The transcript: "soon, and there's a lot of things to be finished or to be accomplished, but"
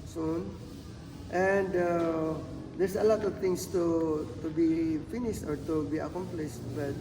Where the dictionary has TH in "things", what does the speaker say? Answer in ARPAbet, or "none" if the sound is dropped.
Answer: T